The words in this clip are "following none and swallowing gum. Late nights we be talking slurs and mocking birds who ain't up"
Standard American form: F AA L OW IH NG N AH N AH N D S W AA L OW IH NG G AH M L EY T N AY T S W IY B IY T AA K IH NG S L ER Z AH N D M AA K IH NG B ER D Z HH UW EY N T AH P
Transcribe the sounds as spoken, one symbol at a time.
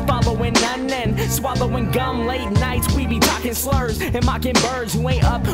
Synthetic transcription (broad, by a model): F AA L OW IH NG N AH N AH N S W AA L OW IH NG G AH M L EY T N AY T S W IY B IY T AA K IH NG S L ER Z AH N M AA K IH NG B ER D Z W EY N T AH P